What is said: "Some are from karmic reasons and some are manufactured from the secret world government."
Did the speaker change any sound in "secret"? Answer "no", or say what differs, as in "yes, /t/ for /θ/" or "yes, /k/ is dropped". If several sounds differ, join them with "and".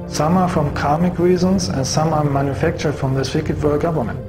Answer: yes, /ɹ/ is dropped